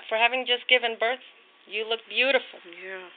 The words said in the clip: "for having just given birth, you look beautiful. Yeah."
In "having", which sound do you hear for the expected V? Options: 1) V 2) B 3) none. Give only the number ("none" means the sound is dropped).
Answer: 1